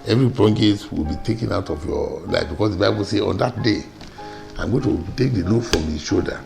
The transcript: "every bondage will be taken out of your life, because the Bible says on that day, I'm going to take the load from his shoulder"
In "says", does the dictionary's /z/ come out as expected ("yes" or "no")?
no